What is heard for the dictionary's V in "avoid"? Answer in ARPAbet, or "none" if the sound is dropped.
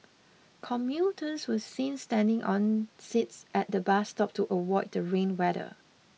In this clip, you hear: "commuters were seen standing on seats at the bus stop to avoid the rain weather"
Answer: W